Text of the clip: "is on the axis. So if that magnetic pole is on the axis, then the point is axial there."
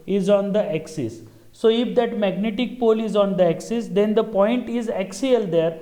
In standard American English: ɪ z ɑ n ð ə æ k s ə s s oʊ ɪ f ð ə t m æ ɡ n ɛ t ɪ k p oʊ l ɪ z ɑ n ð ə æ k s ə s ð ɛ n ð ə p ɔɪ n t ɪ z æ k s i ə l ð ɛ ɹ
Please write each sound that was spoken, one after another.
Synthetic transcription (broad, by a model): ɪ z ɑ n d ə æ k s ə s s oʊ ɪ f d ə t m æ ɡ n ɛ t ɪ k p oʊ l ɪ z ɑ n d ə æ k s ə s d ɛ n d ə p ɔɪ n t ɪ z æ k s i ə l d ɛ ɹ